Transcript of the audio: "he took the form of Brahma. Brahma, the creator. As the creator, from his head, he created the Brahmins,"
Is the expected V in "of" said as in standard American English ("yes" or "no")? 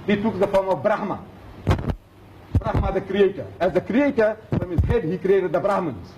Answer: no